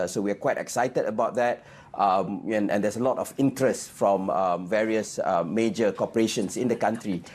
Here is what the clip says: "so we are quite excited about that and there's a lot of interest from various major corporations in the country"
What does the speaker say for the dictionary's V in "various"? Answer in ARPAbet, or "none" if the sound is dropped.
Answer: V